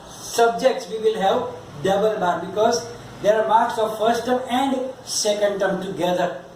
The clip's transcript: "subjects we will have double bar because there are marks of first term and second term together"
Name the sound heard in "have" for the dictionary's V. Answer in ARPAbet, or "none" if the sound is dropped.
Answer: P